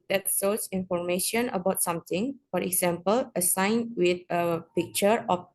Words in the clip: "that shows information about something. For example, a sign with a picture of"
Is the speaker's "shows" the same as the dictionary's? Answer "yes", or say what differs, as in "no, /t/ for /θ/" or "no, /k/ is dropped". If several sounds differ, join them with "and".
no, /s/ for /ʃ/